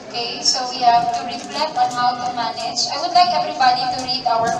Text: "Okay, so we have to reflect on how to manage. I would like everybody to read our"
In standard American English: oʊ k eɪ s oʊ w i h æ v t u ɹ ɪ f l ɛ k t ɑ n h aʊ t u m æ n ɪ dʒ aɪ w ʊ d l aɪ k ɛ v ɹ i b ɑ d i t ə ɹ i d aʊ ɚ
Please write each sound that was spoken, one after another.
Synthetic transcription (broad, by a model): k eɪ s oʊ w i h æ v t u ɹ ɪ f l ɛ t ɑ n h aʊ t u m æ n ɪ dʒ aɪ w ʊ d l aɪ k ɛ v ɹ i b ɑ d i t ə ɹ i d aʊ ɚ